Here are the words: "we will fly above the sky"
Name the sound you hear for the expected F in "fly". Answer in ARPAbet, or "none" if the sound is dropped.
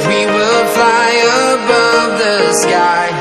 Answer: F